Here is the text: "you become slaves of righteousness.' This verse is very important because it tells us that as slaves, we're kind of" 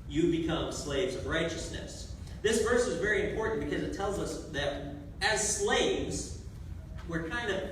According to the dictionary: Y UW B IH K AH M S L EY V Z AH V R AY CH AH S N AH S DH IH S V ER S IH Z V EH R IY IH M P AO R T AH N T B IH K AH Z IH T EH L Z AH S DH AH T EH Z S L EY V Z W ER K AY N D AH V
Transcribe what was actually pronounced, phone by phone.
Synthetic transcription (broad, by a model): Y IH B IH K AH M S L EY V Z AH V R AY CH AH S N AH S DH IH S V ER S IH Z V EH R IY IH M P AO R T N B IH K AH Z IH T EH L Z AH S DH AH T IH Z S L EY V Z W ER K AY N D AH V